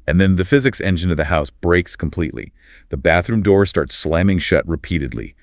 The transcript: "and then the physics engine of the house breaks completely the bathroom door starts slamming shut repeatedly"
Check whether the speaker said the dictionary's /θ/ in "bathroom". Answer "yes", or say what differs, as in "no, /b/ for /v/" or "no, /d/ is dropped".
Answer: yes